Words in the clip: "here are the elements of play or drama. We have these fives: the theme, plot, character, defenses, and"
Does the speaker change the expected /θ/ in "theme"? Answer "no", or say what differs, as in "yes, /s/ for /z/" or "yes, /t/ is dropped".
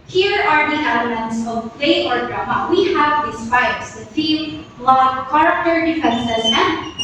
yes, /f/ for /θ/